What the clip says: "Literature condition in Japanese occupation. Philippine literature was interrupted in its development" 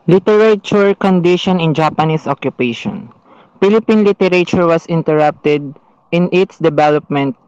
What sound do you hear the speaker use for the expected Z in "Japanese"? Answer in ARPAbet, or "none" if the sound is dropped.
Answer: S